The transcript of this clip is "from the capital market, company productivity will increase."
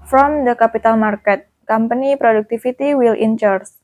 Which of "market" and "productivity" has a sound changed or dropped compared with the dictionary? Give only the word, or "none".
productivity